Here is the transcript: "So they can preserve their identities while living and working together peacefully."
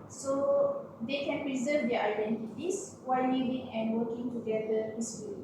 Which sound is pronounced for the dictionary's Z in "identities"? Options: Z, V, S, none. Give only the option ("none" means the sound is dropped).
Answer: S